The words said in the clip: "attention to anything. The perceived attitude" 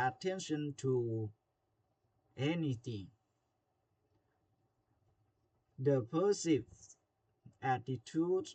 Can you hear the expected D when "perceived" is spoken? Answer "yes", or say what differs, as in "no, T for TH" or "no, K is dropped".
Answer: no, D is dropped